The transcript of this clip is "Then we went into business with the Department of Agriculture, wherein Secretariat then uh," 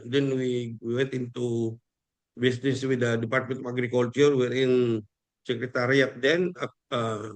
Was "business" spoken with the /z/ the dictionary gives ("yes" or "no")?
no